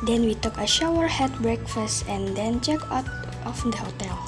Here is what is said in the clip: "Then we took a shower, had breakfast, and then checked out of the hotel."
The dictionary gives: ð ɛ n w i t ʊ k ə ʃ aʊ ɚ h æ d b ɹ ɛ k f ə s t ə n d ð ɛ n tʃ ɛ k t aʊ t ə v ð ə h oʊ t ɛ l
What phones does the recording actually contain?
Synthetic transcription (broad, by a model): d ɛ n w i t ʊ k ə ʃ aʊ ɚ h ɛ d b ɹ ɛ k f ə s t ə n d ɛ n tʃ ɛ k aʊ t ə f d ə h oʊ t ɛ l